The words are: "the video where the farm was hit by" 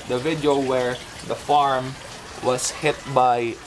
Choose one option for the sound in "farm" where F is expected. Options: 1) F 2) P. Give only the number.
1